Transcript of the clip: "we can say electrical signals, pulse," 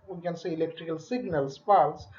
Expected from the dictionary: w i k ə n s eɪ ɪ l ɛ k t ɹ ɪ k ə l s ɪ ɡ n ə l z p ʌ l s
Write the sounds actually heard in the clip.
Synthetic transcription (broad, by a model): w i k ə n s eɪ ɪ l ɛ k t ɹ ɪ k ə l s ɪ ɡ n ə l s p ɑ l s